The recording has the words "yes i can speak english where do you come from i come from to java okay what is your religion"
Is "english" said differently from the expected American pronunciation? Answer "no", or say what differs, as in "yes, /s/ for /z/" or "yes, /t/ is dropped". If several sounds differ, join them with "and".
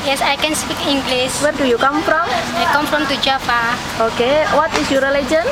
yes, /s/ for /ʃ/